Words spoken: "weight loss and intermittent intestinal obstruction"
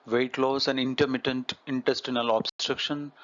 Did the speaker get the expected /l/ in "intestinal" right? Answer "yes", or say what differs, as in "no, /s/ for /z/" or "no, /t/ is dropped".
yes